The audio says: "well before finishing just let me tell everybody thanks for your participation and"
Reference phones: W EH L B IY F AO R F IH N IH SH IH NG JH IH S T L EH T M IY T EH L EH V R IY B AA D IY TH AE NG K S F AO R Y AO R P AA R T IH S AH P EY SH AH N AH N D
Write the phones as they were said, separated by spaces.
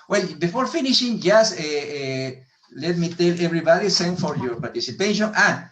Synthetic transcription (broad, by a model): W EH L B IY F AO R F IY N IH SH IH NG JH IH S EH L EH T M IY T EH L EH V R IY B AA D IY S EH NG F AO R Y AO R P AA R T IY S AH P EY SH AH N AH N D